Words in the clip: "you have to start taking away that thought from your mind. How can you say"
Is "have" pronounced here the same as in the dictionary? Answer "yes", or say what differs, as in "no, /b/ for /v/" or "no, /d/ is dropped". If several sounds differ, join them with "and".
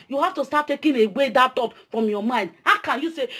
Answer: no, /f/ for /v/